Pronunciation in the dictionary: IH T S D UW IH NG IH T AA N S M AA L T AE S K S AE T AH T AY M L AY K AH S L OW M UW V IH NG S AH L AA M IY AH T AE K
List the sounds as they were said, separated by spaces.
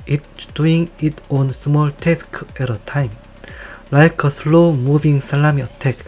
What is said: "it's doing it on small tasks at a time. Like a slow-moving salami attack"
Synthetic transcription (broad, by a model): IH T D UW IH NG IH T AA N S M AA L T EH S K EH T AH T AY M L AY K AH S L OW M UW B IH NG S AH L AA M IY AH T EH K